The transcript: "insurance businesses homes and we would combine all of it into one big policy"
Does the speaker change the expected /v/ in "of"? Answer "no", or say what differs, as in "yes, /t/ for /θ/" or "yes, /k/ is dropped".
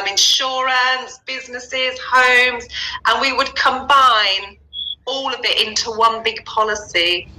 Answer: no